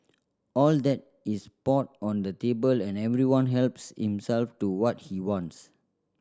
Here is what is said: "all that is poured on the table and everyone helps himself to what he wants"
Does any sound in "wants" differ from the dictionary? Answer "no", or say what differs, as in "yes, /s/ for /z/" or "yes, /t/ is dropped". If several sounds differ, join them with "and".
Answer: no